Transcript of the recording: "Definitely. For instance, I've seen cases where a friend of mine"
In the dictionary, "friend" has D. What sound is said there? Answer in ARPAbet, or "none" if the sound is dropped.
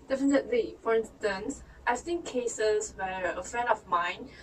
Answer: none